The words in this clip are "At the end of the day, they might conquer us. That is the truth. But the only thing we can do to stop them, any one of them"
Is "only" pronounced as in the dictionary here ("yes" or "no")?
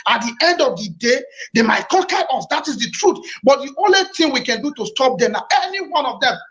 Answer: yes